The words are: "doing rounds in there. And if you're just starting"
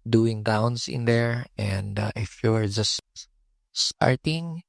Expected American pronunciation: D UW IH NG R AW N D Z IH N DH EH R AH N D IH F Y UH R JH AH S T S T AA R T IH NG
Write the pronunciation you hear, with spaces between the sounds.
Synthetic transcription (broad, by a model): D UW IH NG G AW N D S IH N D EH R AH N D IH F Y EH R JH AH S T S T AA R T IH NG